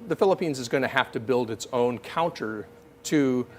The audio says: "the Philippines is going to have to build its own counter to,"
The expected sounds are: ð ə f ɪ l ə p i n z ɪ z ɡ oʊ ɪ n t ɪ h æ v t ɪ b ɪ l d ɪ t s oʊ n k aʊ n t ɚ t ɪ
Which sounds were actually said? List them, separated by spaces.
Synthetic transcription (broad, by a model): ð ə f ɪ l ə p i n z ɪ z ɡ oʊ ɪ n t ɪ h æ f t ɪ b ɪ l d ɪ t s oʊ n k aʊ n t ɚ t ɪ